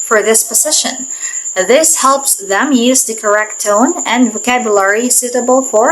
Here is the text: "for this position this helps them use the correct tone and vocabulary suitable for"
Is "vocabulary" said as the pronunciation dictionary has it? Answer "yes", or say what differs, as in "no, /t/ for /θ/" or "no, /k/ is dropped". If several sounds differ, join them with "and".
yes